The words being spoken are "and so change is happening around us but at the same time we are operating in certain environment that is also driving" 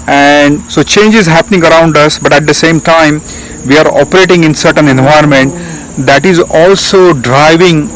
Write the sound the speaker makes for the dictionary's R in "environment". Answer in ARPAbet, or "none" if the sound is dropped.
none